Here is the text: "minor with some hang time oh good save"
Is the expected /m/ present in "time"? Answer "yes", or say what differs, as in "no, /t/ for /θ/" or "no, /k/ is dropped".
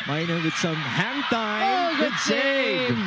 no, /m/ is dropped